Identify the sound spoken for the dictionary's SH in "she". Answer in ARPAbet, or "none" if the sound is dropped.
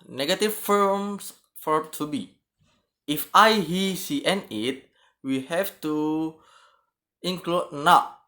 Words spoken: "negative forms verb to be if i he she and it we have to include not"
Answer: S